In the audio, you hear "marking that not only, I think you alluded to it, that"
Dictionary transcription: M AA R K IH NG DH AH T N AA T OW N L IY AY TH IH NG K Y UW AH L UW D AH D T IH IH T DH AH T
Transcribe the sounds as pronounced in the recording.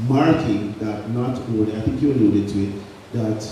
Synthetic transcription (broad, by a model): M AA R K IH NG DH AH T N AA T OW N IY AY TH IH NG K Y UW AH L UW D AH D T IH IH T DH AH T